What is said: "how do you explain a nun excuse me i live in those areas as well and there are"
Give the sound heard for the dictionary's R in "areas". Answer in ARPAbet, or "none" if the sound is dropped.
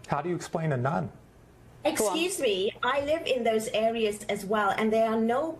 R